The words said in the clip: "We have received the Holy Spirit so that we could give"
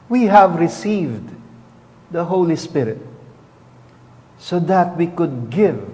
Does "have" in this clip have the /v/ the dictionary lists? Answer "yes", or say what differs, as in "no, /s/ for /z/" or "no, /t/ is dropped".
yes